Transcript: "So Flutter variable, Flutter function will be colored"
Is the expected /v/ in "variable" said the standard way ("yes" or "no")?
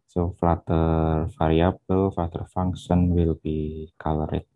no